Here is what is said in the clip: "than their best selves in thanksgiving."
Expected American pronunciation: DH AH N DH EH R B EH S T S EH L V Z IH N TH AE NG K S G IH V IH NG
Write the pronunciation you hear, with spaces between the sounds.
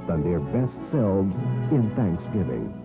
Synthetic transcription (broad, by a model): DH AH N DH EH R B EH S T S EH L V Z IH N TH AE NG K S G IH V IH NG